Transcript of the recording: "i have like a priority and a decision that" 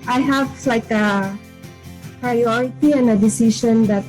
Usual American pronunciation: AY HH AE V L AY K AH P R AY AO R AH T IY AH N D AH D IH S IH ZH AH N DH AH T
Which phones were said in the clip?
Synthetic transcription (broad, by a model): AY HH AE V L AY K AH P R AY AO R AH T IY AH N D AH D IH S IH SH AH N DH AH T